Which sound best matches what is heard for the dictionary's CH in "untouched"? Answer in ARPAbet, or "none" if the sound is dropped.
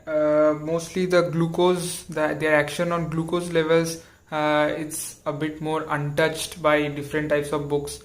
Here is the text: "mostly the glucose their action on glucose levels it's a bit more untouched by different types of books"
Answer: CH